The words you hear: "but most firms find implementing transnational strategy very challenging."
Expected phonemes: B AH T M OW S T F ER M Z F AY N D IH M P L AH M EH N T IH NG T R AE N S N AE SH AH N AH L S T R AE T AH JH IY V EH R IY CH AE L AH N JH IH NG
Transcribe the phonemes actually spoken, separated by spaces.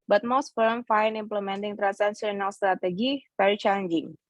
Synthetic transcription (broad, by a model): B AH T M OW S T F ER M F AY N IH M P L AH M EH N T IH NG T R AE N S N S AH N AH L S T R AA T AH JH IY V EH R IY CH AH N JH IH NG